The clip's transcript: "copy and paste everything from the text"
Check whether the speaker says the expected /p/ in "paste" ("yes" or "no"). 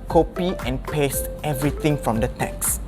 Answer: yes